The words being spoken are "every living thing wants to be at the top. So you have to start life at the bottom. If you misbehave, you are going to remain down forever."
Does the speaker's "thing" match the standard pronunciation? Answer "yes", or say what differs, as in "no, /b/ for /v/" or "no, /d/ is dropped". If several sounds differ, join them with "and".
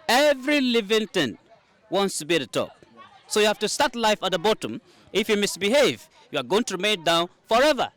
no, /t/ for /θ/